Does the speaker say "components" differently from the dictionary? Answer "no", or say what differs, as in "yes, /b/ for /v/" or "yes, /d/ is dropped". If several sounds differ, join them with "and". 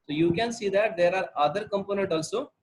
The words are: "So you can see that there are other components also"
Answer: yes, /s/ is dropped